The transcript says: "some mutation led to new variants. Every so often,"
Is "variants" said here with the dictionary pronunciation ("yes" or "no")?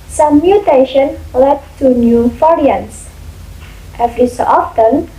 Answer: no